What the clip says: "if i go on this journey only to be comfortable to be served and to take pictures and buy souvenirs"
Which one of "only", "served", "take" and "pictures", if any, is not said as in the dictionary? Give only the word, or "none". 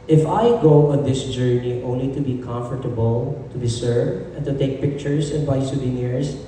pictures